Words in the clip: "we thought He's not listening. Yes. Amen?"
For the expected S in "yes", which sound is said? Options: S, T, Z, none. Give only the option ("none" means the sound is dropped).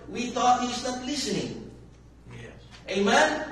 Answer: none